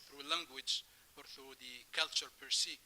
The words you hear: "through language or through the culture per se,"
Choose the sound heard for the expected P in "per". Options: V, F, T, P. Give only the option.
P